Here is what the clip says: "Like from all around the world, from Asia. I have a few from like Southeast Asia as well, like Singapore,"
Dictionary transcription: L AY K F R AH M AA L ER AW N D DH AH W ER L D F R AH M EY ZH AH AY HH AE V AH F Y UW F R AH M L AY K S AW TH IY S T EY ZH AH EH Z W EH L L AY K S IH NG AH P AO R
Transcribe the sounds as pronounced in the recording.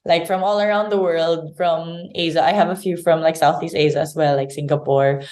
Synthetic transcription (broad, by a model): L AY K F R AH M AA L ER AW N D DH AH W ER L D F R AH M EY Z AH AY HH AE V AH F Y UW F R AH M L AY K S AW TH IY S T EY Z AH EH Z W EH L L AY K S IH NG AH P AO R